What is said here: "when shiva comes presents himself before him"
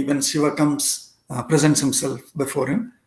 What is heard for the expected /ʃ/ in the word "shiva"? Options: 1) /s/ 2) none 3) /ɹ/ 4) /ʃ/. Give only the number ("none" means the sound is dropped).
1